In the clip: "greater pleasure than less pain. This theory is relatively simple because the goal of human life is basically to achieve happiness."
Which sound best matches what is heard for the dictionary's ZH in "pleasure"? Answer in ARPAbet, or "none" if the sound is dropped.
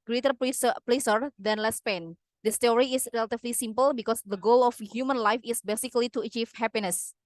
S